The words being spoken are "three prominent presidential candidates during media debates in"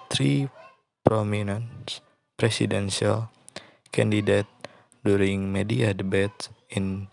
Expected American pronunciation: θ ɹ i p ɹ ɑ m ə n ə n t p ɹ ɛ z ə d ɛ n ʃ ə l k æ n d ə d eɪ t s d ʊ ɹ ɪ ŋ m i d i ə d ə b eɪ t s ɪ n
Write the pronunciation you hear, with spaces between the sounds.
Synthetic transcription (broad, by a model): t ɹ i p ɹ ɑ m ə n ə n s p ɹ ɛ s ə d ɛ n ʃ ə l k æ n d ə d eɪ t d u ɹ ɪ ŋ m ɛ d i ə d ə b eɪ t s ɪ n